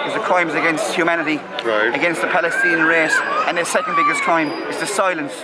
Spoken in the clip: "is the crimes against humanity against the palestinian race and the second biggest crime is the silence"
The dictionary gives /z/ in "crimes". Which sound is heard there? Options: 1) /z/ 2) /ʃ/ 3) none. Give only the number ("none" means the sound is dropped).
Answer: 1